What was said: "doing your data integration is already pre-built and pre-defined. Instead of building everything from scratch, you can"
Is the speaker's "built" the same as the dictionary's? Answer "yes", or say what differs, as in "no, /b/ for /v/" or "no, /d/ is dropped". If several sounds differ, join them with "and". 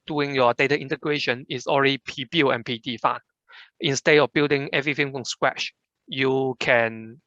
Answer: no, /t/ is dropped